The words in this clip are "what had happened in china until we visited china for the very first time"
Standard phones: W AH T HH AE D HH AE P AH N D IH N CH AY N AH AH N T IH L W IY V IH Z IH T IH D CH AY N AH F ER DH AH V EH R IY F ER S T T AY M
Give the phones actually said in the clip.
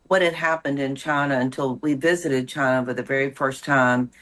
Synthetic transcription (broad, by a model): W AH T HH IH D HH AE P AH N D IH N CH AY N AH AH N T IH L W IY V IH Z IH T IH D CH AY N AH F ER DH AH V EH R IY F ER S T T AY M